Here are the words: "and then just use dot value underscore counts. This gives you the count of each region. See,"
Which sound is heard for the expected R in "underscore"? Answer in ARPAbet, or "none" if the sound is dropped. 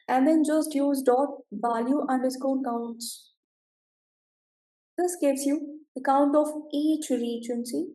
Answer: L